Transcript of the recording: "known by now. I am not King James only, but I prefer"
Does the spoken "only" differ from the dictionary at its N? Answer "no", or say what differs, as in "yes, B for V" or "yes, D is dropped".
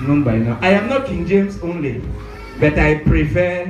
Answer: no